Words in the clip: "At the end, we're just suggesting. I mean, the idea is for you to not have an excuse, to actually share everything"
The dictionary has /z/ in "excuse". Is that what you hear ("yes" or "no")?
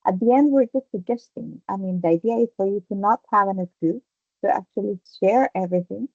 no